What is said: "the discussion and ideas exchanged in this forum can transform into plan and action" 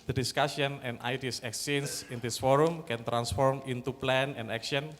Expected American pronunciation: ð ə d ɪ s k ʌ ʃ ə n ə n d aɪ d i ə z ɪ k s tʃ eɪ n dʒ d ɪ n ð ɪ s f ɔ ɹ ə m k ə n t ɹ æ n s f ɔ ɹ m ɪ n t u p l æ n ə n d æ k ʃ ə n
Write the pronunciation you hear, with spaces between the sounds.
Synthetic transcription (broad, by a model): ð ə d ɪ s k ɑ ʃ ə n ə n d aɪ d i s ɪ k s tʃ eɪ n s ɪ n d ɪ s f ɔ ɹ ə m k ə n t ɹ æ n s f ɔ ɹ m ɪ n t u p l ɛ n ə n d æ k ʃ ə n